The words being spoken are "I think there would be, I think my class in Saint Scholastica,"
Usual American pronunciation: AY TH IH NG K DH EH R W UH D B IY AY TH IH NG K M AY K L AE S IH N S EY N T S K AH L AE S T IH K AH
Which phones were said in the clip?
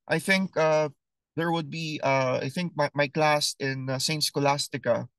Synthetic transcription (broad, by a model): AY TH IH NG K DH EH R W UH D B IY AY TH IH NG K M AY K L AE S IH N S EY N T S K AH L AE S T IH K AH